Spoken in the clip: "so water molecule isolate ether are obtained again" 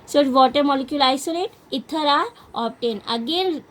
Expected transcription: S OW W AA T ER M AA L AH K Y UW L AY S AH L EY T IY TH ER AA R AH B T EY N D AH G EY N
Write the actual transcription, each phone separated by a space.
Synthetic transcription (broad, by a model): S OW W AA T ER M AA L AH K Y UW L AY S AH L EY T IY T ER AA R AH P T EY N AH G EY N